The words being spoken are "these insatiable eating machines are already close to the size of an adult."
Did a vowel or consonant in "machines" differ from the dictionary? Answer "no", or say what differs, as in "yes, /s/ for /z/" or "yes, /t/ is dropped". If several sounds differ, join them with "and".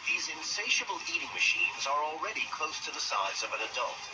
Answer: no